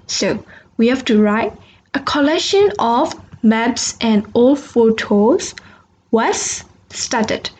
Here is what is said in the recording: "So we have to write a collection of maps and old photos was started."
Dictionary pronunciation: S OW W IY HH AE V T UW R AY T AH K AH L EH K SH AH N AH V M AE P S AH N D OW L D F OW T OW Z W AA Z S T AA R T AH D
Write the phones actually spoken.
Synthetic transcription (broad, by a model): S OW W IY HH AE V T UW R AY T AH K AH L EH K SH AH N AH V M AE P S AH N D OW L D F OW T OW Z W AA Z S T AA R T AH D